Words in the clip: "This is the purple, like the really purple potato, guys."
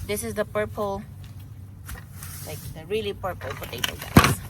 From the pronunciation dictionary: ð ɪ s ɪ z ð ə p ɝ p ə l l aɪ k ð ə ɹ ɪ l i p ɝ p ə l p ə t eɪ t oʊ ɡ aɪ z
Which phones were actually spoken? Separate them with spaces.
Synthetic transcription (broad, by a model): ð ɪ s ɪ z ð ə p ɝ p ə l l aɪ k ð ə ɹ ɪ l i p ɝ p ə l f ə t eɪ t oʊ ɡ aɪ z